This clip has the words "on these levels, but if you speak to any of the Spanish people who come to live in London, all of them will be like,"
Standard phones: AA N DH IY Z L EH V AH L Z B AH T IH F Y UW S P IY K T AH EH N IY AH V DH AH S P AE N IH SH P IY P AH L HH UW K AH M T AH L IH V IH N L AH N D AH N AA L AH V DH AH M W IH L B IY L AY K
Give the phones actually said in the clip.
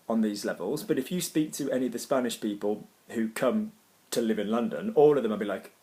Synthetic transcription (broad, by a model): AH N DH IY Z L EH V AH L Z B AH T IH F Y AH S P IY K T AH EH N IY AH V DH AH S P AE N IH SH P IY P AH L HH UW K AH M T AH L IH V IH N L AH N D AH N AA L AH V DH AH M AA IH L B IY L AY K